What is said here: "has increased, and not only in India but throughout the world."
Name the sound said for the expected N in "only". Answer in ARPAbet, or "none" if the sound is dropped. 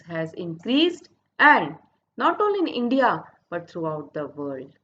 none